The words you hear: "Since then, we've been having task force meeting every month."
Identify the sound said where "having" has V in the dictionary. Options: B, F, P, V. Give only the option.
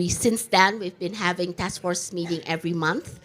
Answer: V